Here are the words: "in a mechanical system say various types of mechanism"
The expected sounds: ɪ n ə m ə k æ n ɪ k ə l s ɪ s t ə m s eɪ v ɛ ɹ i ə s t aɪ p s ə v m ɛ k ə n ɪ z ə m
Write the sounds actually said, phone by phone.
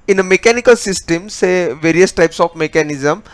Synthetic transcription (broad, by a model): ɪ n ə m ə k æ n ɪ k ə l s ɪ s t ə m s eɪ v ɛ ɹ i ə s t aɪ p s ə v m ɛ k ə n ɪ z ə m